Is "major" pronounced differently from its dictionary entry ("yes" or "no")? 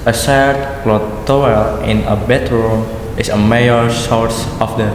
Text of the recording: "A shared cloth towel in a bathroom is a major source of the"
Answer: yes